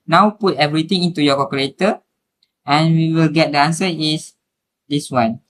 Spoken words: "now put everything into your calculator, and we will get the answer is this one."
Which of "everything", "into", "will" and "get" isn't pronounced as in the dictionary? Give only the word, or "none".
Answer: everything